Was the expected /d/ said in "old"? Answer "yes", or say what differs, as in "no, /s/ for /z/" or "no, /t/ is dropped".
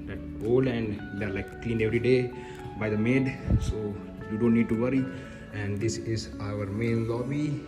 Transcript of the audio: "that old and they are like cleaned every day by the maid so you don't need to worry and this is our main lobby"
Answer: no, /d/ is dropped